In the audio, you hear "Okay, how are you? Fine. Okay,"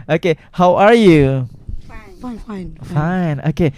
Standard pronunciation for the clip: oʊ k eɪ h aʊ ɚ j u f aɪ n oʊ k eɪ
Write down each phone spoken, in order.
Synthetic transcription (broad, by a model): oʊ k eɪ h aʊ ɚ j u f aɪ n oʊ k eɪ